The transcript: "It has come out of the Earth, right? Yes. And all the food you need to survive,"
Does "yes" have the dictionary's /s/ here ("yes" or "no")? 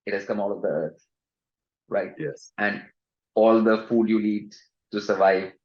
yes